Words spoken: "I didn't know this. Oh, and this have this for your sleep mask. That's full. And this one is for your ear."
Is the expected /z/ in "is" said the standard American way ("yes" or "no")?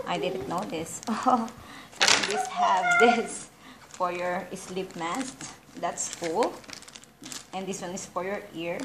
no